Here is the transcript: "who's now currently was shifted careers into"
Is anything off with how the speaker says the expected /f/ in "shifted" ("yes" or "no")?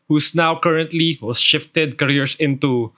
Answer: no